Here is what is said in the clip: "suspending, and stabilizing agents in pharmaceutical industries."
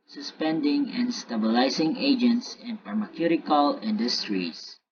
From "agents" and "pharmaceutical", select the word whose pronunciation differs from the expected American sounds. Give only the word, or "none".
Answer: pharmaceutical